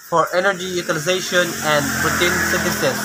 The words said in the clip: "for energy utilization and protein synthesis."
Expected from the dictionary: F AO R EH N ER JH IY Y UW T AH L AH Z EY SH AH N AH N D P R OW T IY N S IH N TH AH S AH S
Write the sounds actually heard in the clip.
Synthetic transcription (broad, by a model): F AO R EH N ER JH IY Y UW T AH L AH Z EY SH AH N AH N D B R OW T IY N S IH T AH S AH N